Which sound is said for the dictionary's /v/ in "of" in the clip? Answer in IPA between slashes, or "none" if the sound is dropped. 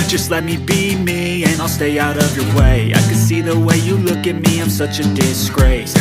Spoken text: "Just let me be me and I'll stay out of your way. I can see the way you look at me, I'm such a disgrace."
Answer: /v/